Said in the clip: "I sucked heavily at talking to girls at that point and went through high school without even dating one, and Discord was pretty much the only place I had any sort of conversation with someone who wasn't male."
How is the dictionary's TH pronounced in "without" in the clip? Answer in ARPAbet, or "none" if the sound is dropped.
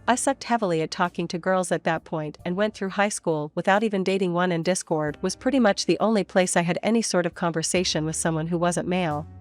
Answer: TH